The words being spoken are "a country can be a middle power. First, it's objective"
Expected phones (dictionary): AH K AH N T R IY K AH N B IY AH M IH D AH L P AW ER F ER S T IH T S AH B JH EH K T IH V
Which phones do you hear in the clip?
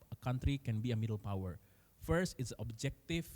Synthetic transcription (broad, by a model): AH K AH N T R IY K AH N B IY AH M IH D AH L P AW ER F ER S T IH T S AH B JH EH K T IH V